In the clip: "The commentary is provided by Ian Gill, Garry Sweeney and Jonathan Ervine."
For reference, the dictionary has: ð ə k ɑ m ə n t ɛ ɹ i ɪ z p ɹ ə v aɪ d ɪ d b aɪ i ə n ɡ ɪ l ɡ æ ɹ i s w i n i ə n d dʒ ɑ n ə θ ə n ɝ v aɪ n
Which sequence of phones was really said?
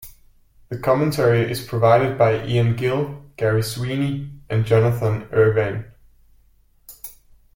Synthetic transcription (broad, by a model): ð ə k ɑ m ə n t ɛ ɹ i ɪ z p ɹ ə v aɪ d ɪ d b aɪ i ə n ɡ ɪ l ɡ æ ɹ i s w i n i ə n dʒ ɑ n ə θ ə n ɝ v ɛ n